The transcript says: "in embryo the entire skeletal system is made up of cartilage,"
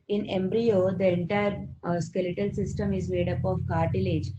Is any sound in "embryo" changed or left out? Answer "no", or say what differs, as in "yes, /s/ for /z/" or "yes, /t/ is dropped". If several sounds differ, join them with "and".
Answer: no